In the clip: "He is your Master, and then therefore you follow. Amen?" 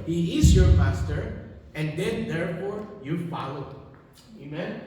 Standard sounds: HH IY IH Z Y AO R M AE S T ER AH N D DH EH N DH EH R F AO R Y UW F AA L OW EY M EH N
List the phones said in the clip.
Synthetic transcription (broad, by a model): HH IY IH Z Y AO R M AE S T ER AH N D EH N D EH R F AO R Y UW F AA L OW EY M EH N